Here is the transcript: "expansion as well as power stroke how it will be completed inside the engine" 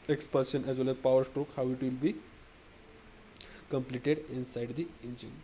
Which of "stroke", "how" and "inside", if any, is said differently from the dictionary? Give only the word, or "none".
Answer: none